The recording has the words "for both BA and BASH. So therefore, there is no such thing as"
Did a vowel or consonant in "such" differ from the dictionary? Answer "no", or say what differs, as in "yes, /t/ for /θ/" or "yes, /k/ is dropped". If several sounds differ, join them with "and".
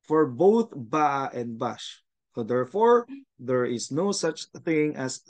no